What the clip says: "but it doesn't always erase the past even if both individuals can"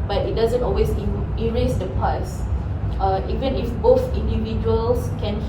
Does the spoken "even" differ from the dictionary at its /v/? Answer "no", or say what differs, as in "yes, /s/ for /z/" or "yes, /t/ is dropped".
no